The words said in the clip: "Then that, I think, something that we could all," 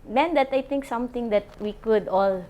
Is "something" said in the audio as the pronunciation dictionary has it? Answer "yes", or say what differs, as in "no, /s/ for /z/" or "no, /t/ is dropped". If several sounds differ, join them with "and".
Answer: no, /t/ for /θ/